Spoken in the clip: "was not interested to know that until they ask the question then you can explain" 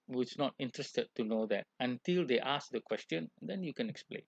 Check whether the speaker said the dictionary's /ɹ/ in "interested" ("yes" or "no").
yes